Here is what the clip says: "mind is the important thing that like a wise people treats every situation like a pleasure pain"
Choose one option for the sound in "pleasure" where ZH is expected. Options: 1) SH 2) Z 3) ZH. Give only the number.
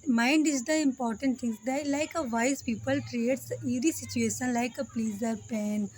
2